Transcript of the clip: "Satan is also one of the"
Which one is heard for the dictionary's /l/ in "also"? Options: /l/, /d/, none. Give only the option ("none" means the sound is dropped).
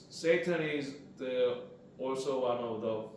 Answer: /l/